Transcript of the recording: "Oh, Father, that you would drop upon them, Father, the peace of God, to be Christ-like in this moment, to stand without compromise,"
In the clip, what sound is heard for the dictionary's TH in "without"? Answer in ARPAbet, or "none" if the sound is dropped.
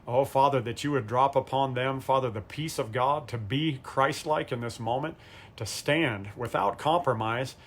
TH